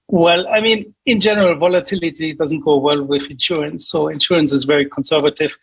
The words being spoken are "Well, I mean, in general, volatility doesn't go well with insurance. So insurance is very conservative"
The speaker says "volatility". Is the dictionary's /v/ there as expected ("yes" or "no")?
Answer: yes